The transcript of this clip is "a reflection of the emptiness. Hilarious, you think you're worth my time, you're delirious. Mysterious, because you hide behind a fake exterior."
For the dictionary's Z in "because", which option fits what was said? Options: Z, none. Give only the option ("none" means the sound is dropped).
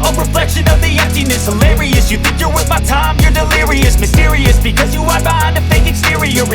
Z